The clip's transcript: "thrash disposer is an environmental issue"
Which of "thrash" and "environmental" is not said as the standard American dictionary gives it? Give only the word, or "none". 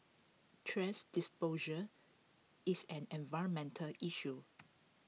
thrash